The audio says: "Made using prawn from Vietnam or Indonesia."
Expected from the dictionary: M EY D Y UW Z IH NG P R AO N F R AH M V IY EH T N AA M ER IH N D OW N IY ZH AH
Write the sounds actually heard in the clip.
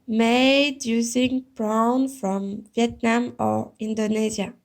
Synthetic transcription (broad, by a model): M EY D Y UW Z IH NG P R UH N F R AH M V IY EH T N AA M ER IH N D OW N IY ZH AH